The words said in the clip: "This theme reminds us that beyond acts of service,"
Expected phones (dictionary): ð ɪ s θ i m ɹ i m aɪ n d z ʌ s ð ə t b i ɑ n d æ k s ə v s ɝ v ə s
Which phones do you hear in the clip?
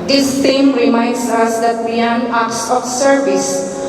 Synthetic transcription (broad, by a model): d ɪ s t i m ɹ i m aɪ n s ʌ s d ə t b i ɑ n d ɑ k s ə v s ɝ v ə s